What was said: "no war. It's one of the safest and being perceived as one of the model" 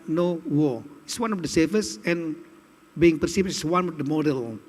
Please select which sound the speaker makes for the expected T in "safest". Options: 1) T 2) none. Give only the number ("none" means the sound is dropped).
2